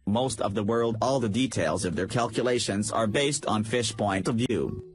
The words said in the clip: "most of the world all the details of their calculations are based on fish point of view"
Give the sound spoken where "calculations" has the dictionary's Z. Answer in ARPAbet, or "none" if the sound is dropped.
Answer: Z